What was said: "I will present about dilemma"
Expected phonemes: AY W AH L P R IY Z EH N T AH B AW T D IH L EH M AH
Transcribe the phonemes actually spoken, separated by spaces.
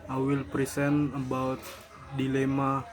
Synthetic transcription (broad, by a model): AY W AH L P R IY S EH N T AH B AW T D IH L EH M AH